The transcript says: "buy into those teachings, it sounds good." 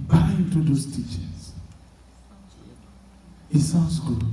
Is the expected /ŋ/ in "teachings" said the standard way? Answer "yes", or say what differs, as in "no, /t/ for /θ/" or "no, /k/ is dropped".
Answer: no, /ŋ/ is dropped